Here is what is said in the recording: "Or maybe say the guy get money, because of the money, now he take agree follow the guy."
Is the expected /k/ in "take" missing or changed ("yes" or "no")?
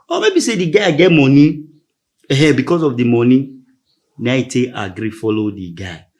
yes